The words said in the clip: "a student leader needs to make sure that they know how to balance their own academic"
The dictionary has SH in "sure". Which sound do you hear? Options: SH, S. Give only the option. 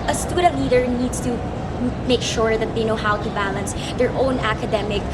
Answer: SH